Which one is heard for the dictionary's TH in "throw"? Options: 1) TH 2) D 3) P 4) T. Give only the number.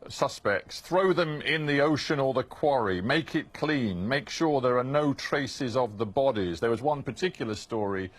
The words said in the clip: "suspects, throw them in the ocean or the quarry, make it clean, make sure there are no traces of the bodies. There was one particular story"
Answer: 1